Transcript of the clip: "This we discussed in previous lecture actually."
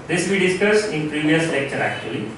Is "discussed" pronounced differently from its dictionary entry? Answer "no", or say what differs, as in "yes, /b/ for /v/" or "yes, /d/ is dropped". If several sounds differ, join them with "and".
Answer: yes, /t/ is dropped